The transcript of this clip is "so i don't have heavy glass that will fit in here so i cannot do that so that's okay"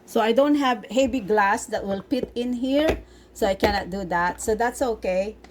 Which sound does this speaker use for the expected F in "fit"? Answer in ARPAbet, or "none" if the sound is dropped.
P